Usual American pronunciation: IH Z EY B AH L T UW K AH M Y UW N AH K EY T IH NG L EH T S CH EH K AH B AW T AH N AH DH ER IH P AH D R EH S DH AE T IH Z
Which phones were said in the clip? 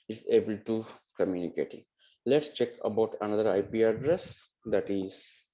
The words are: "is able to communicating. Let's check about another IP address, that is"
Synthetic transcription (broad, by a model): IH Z EY B AH L T UW K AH M Y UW N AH K EY T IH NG L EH T S CH EH K AH B AW T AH N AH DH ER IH P AH D R EH S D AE T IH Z